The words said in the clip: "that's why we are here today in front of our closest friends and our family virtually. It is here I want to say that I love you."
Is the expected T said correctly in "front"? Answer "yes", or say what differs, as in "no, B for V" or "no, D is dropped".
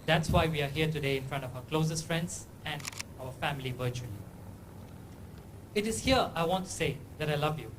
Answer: yes